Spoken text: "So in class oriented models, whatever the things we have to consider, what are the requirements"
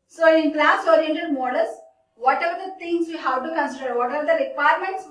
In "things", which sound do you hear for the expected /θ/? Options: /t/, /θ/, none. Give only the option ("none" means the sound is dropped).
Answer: /t/